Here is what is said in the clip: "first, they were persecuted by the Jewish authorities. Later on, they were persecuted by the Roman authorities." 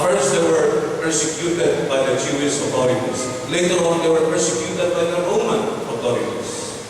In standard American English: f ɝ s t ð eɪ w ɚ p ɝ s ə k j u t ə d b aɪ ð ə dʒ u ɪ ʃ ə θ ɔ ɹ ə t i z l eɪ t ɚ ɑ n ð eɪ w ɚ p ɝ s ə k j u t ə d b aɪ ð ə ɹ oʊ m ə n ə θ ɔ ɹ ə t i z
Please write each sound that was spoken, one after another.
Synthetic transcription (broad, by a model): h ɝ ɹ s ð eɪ w ɚ p ɝ s ə k j u t ə d b aɪ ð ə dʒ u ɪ s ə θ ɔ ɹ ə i s l eɪ t ɚ ɑ n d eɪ w ɚ p ɝ s ə k j u t ə d b aɪ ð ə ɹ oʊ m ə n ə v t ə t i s